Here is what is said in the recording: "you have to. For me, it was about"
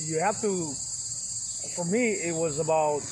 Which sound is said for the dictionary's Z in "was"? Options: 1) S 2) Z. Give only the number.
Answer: 2